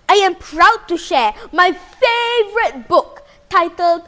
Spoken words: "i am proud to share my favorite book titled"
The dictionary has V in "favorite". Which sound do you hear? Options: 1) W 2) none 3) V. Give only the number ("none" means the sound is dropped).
3